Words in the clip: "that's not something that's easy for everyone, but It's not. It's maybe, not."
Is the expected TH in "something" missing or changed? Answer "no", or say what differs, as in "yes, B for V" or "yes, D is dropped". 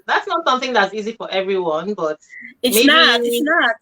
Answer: no